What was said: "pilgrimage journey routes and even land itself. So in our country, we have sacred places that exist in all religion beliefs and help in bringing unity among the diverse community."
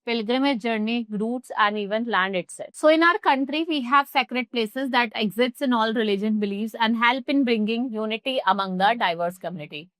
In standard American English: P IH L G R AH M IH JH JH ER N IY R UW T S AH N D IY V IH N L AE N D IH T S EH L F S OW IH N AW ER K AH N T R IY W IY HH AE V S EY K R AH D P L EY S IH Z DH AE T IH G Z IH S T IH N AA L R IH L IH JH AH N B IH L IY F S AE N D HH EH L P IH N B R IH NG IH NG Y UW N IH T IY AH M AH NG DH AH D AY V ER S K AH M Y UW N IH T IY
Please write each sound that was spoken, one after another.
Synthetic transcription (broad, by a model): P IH L G R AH M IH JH JH ER N IY R UW T S AH N D IY V IH N L AE N D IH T S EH S OW IH N AW ER K AH N T R IY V IY HH AE V S EY K R AH D P L EY S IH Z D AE T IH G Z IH S T IH N AA L R IH L IH JH AH N B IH L IY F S AE N D HH EH L P IH N B R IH NG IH NG Y UW N IH T IY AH M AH NG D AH D AY V ER S K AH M Y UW N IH T IY